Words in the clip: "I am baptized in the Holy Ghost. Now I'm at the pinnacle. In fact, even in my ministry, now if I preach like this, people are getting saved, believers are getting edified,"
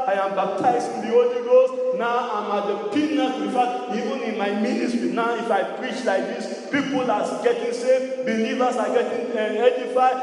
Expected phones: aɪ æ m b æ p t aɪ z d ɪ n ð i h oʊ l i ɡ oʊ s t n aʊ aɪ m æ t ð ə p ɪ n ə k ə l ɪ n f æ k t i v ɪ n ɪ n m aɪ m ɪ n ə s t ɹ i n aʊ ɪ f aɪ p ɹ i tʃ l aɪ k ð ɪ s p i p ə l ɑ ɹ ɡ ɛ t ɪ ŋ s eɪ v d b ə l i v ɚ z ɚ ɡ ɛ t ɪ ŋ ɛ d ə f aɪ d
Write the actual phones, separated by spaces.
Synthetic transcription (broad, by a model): aɪ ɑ m b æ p t aɪ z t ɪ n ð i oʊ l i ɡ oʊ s n aʊ aɪ m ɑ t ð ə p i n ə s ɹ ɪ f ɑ t i v ɪ n ɪ n m aɪ m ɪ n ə t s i n aʊ ɪ f aɪ p ɹ i tʃ l aɪ k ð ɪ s p i p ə l ɑ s ɡ ɛ t ɪ ŋ s eɪ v b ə l i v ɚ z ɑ ɡ ɛ t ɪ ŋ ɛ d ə f aɪ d